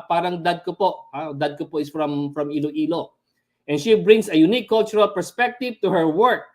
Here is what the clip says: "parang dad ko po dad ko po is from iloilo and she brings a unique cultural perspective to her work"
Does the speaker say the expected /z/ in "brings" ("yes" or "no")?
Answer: no